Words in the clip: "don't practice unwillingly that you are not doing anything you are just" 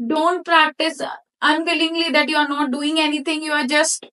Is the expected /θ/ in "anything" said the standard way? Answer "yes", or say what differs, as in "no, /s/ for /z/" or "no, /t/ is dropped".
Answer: no, /t/ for /θ/